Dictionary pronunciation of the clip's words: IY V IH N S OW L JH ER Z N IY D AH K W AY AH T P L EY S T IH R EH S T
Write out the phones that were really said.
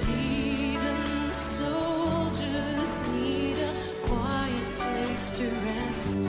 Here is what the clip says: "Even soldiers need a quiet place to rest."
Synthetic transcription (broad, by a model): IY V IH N S OW L JH ER Z N IY D AH K W AY AH T P L EY S T IH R EH S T